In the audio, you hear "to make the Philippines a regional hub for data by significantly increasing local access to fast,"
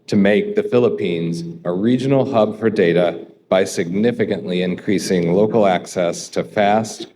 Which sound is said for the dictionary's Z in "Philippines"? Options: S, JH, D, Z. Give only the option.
Z